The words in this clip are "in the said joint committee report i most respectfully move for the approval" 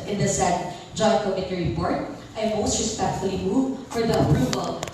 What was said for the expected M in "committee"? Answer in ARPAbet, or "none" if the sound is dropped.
none